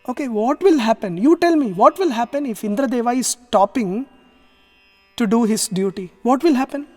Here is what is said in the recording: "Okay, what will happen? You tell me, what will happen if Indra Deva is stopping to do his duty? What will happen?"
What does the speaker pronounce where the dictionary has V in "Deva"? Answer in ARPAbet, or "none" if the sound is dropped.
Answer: V